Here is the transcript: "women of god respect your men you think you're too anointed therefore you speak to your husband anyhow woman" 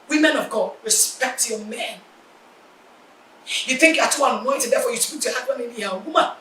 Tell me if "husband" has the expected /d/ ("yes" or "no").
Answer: no